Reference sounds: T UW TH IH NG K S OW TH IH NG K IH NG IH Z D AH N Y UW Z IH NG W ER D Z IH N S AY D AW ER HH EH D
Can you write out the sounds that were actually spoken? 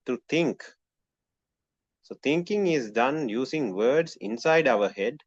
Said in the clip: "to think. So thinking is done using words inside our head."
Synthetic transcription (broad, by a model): T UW T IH NG K S OW T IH NG K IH NG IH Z D AH N Y UW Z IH NG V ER D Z IH N S AY D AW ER HH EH D